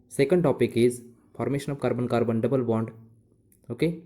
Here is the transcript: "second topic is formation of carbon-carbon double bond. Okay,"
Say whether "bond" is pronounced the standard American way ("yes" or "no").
yes